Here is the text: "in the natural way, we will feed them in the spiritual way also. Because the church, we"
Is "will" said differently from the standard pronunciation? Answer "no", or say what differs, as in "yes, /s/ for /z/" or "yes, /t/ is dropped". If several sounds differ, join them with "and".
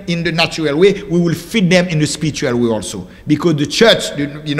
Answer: no